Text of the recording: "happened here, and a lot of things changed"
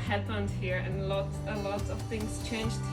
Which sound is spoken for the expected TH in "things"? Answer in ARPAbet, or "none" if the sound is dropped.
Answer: TH